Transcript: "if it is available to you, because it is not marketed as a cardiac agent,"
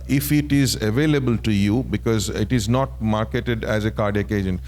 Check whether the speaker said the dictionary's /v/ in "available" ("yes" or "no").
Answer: yes